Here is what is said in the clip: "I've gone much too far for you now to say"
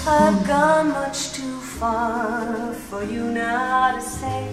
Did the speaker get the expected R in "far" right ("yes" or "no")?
yes